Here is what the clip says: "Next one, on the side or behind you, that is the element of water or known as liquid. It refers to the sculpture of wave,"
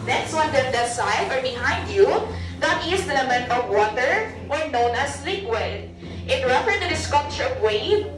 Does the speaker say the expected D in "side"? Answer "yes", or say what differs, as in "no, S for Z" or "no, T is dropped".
no, D is dropped